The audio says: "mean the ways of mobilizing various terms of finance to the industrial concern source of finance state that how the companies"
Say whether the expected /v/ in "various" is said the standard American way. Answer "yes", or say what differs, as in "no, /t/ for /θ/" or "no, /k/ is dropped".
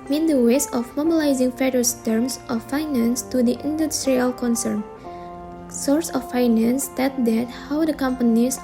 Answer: no, /f/ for /v/